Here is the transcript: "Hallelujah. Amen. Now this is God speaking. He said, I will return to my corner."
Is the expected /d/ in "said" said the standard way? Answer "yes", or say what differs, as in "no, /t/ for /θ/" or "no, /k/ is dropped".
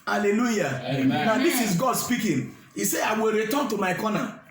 no, /d/ is dropped